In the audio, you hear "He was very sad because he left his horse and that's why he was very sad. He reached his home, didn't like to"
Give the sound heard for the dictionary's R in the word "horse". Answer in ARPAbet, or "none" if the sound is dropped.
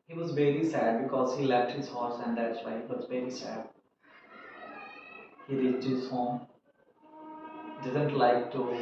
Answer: R